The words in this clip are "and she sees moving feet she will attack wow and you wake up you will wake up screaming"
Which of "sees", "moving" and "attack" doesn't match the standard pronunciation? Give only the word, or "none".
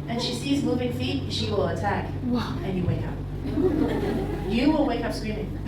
none